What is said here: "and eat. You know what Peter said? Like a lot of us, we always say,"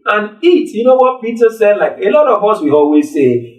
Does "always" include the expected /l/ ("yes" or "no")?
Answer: yes